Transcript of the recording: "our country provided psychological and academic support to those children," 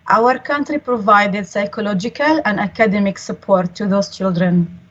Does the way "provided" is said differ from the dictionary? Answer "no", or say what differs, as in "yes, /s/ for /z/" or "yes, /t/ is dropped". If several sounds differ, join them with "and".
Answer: no